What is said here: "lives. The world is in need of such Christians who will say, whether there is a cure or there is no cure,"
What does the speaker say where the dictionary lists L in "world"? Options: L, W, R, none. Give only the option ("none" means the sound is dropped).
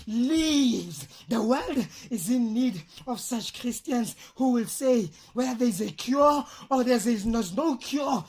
L